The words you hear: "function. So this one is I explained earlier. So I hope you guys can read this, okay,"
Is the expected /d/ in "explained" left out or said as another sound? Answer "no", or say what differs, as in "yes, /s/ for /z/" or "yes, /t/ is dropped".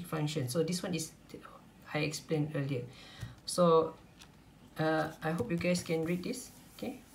yes, /d/ is dropped